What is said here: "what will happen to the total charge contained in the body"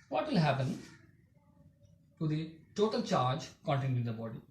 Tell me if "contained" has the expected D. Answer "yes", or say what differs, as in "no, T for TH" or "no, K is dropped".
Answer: no, D is dropped